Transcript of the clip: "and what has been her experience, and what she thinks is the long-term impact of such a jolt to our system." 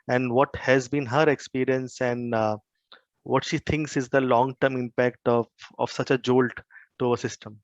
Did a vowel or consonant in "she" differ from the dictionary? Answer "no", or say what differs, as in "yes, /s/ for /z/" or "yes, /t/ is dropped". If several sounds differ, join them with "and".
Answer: no